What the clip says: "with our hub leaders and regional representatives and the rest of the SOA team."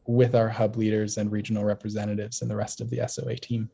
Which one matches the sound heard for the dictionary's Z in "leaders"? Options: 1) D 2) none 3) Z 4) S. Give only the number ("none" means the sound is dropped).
3